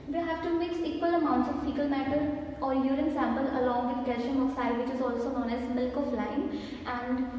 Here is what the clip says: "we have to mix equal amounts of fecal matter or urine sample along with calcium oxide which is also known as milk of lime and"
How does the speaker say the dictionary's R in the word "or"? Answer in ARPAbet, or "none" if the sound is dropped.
R